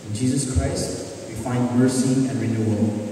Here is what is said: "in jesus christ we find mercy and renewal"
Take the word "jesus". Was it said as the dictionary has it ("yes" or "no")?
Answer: yes